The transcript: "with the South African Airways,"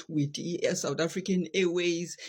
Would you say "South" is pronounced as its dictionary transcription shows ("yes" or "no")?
no